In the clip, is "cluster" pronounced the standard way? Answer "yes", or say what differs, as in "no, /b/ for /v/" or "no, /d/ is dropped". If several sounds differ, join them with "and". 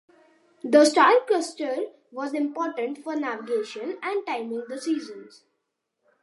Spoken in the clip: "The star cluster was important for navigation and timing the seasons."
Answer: no, /l/ is dropped